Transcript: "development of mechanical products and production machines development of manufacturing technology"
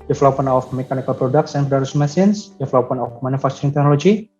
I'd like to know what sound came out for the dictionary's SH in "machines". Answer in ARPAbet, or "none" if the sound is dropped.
S